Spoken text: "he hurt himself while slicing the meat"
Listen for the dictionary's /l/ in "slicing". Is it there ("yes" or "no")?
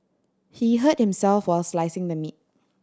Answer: yes